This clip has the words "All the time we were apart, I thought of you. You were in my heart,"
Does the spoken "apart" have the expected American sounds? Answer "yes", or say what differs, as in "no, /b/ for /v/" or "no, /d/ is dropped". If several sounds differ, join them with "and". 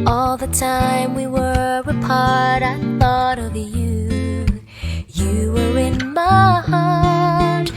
yes